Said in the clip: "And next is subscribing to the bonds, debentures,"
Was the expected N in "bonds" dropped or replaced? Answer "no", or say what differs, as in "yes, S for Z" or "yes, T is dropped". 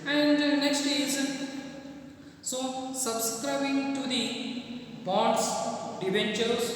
yes, N is dropped